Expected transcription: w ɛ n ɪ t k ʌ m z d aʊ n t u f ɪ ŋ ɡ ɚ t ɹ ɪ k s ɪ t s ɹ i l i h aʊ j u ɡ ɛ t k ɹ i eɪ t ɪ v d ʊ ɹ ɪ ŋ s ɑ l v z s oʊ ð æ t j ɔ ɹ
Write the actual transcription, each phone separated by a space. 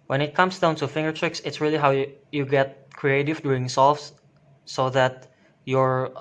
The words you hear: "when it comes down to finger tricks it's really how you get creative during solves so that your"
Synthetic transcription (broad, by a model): w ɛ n ɪ t k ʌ m s d aʊ n t u f ɪ ŋ ɡ ɚ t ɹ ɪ k s ɪ t s ɹ i l i h aʊ j u ɡ ɛ t k ɹ i eɪ t ɪ v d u ɪ ŋ s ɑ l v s s oʊ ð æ t j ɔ ɹ